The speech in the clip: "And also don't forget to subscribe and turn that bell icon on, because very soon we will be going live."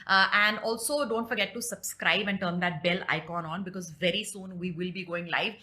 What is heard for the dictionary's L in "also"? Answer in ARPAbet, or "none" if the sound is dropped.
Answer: L